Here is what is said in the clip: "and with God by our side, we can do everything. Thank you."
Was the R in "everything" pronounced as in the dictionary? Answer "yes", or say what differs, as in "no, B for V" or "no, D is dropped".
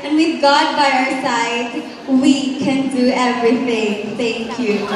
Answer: yes